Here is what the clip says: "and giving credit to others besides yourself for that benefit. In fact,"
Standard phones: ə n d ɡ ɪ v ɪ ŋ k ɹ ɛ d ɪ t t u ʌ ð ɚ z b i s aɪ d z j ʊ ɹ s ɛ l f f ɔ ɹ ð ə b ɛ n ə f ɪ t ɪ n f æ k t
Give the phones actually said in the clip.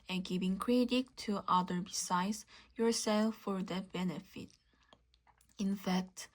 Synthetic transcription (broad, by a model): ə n ɡ ɪ v ɪ ŋ k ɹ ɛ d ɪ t t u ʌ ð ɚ b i s aɪ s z j ʊ ɹ s ɛ l f f ɔ ɹ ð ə b ɛ n ə f ɪ t ɪ n f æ k t